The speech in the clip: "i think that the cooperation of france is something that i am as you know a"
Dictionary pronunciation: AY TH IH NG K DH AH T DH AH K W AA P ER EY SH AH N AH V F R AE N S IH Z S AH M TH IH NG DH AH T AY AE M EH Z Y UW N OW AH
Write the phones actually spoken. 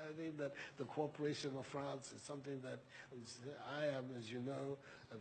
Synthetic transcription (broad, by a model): AY TH IH NG K DH AH T DH AH K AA P ER EY SH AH N AH V F R AE N S IH Z S AH M TH IH NG DH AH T AY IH M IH Z Y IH N OW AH